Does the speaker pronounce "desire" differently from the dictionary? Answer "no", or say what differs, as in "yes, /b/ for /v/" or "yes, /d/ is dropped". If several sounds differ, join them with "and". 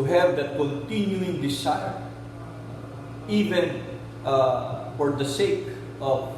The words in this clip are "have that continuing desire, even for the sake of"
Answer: yes, /s/ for /z/